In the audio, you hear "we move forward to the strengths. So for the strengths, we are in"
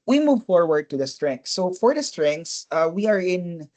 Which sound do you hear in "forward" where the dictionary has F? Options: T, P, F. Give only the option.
F